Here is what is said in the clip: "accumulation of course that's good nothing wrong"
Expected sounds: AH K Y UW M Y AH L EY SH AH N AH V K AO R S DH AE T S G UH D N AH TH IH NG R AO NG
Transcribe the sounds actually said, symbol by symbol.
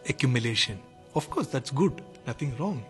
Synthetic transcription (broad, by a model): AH K Y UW M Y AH L EY SH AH N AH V K AO R S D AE T S G UH D N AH T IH NG R AO NG